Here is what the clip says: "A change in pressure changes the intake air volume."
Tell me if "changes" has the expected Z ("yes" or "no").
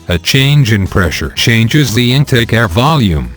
yes